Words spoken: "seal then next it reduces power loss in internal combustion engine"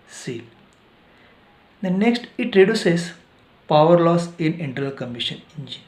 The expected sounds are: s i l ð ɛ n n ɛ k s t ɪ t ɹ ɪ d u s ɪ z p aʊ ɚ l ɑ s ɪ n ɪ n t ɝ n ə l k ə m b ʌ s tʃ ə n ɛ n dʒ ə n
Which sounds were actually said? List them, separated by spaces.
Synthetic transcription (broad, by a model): s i l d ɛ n n ɛ k s t ɪ t ɹ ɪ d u s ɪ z p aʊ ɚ l ɑ s ɪ n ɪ n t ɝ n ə l k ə m i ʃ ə n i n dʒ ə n